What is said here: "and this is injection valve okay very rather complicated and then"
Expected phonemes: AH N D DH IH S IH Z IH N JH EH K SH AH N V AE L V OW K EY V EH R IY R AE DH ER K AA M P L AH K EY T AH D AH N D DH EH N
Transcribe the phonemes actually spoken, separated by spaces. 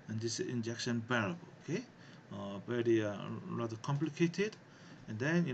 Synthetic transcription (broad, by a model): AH N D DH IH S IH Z IH N JH EH K SH AH N B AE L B OW K EY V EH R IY L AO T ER K AA M P L AH K EY T AH D AH N D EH N